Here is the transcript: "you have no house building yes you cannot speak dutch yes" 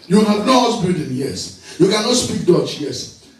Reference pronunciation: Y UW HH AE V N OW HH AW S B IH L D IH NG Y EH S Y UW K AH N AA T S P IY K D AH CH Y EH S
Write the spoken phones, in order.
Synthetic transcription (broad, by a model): Y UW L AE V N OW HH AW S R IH D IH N Y EH S Y UW K AH N AA T S P IY K D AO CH Y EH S